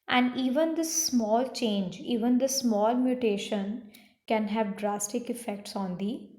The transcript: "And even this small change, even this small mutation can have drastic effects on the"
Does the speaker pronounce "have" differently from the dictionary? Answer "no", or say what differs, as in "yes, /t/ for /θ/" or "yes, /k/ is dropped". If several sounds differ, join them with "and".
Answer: no